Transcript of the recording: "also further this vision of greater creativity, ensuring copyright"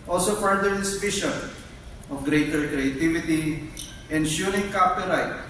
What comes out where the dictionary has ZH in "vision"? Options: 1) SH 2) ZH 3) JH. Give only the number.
1